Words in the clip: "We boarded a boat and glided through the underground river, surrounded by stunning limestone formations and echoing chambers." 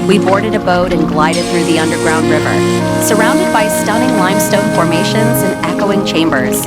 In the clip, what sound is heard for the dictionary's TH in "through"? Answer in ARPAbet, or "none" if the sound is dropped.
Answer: TH